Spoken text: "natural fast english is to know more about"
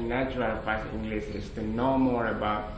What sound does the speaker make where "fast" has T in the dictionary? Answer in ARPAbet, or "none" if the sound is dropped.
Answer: none